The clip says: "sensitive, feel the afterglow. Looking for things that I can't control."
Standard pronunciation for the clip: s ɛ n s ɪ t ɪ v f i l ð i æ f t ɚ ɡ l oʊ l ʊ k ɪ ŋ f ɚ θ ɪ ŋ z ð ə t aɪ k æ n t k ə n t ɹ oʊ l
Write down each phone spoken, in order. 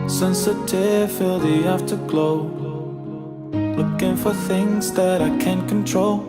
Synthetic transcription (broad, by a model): s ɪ n s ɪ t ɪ f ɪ l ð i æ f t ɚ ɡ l oʊ l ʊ k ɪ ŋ f ɚ θ ɪ ŋ z ð ə t aɪ k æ n k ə n t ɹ oʊ l